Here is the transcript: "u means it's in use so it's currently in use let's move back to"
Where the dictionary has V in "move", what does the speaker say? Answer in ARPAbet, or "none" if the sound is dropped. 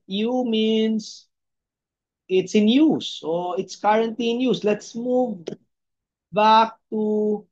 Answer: V